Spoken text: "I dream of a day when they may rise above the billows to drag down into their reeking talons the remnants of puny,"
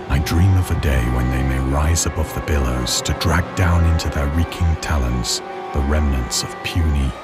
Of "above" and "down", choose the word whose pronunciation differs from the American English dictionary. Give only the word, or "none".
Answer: none